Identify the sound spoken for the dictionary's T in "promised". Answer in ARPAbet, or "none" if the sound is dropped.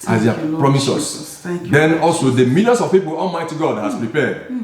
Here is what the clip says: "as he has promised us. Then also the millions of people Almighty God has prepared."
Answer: none